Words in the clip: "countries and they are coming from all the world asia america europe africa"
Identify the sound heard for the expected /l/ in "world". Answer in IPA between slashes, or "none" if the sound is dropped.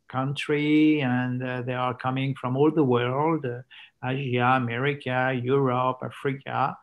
/l/